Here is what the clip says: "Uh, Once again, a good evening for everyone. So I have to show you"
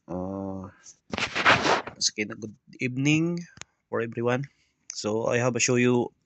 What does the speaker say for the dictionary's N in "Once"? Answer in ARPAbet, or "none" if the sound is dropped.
none